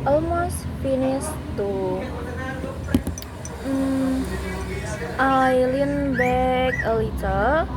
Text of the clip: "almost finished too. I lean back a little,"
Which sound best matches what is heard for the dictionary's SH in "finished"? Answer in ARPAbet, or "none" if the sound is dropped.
S